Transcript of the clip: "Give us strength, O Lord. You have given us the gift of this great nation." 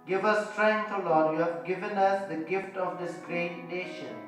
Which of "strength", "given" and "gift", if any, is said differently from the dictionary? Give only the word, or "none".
strength